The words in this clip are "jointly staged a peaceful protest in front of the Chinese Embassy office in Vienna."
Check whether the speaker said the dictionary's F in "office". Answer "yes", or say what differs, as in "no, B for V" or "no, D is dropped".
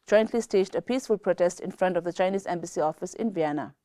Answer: yes